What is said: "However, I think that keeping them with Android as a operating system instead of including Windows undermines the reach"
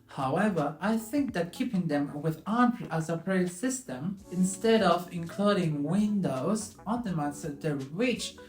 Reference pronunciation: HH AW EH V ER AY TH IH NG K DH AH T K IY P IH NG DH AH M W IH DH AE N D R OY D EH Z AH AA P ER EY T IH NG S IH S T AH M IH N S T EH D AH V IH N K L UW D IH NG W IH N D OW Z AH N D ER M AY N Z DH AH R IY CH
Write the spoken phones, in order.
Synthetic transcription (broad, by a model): HH AW EH V ER AY TH IH NG K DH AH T K IY P IH NG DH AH M W IH DH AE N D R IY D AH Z AH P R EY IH S IH S T AH M IH N S T EH D AH V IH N K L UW D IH NG W IH N D OW Z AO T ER M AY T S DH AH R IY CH